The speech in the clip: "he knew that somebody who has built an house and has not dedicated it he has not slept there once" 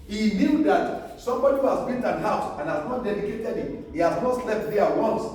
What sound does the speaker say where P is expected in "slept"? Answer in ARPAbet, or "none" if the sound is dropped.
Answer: F